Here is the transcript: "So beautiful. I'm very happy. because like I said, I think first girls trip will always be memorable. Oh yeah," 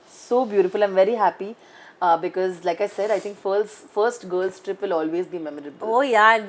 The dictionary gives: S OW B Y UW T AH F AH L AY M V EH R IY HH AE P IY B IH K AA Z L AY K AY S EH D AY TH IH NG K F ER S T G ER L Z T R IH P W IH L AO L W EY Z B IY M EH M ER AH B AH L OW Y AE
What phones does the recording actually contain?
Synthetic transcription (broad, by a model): S OW B Y UW T AH F AH L AY M V EH R IY HH AE P IY B IH K AA Z L AY K AY S EH D AY T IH NG K F ER S T G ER L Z T R IH P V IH L AO L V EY Z B IY M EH M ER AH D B OW Y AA